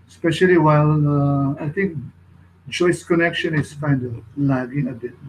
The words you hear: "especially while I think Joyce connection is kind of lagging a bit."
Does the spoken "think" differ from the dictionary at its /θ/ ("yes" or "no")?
yes